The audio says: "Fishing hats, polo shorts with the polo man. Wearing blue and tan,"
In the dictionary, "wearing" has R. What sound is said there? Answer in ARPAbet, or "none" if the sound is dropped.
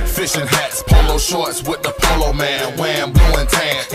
W